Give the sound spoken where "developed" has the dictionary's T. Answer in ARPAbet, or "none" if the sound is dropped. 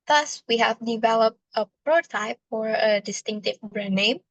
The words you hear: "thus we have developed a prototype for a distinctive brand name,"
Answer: T